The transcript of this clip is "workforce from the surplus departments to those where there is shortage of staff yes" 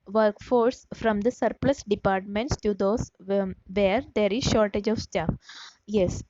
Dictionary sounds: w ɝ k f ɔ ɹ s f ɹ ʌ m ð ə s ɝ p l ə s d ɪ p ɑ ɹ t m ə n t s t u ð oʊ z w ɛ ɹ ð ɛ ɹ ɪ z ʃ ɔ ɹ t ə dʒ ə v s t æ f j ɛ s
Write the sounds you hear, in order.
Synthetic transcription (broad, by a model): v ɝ k f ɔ ɹ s f ɹ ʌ m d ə s ɝ p l ə s d ɪ p ɑ ɹ t m ə n t s t u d oʊ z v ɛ ɹ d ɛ ɹ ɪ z ʃ ɔ ɹ t ə dʒ ə v s t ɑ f j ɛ s